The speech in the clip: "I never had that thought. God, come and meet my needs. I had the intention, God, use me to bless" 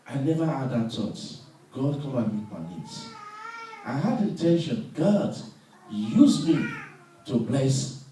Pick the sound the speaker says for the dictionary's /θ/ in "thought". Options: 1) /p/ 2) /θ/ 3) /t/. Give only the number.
3